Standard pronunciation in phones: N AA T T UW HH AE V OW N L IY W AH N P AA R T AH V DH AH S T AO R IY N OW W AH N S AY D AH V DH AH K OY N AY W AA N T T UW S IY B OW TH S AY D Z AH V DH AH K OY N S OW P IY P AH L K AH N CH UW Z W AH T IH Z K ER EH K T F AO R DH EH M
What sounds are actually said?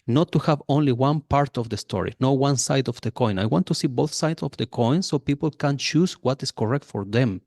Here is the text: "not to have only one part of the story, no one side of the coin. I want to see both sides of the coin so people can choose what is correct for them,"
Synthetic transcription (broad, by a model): N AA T T UW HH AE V OW N L IY W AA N P AA R T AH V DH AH S T AO R IY N OW W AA N S AY D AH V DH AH K OY N AY W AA N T T UW S IY B OW TH S AY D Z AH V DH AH K OY N S OW P IY P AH L K AH N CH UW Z W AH T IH S K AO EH K T F AO R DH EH M